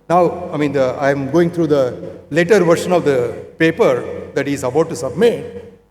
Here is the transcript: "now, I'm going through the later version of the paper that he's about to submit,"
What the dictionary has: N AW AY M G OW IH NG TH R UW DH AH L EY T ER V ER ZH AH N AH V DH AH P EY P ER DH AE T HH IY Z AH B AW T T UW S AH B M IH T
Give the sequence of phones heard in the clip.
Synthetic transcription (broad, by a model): N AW AY M G OW IH NG T R UW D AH L EY T ER V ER SH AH N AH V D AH P EY P ER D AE T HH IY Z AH B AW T T UW S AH B M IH T